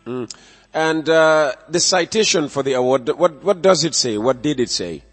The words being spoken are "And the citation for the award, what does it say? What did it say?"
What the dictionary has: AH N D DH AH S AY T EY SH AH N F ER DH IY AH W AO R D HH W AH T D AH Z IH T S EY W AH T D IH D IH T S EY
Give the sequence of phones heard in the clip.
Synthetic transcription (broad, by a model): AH N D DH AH S AY T EY SH AH N F ER DH IY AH W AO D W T W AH T D AH Z IH T S EY W AH T D IH D IH T S EY